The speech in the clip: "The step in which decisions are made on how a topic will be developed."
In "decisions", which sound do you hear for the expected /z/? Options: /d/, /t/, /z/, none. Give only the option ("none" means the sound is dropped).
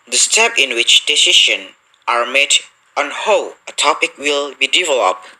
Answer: none